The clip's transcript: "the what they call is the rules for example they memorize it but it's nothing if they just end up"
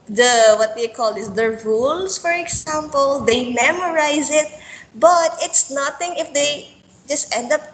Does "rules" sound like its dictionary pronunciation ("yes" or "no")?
no